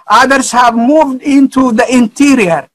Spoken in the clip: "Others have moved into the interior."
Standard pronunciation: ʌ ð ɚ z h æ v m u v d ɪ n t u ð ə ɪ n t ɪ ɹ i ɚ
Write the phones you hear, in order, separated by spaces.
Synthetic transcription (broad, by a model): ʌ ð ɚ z h æ v m u v d ɪ n t u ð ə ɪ n t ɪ ɹ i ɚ